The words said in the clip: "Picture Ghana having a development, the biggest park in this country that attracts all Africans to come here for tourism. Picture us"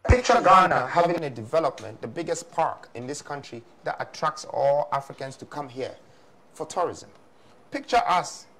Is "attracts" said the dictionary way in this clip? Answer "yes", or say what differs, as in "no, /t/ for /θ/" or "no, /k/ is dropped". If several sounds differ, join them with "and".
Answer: yes